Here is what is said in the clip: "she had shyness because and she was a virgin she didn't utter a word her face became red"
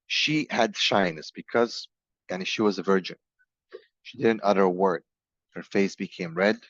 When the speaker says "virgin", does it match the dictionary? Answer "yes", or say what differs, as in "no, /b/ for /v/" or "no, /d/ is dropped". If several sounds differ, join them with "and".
yes